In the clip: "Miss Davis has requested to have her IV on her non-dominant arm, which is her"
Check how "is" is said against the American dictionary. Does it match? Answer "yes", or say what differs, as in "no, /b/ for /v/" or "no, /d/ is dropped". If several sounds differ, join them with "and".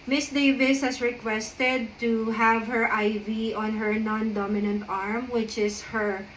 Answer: no, /s/ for /z/